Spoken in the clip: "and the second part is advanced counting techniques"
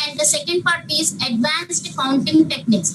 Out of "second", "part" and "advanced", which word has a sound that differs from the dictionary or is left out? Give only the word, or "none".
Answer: none